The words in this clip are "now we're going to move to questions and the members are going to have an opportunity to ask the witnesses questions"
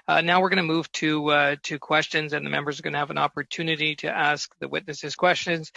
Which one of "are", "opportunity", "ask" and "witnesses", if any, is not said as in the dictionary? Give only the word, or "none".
none